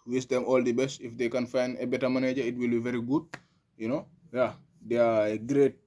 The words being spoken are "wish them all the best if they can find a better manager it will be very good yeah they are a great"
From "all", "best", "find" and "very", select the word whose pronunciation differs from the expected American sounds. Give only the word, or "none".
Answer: find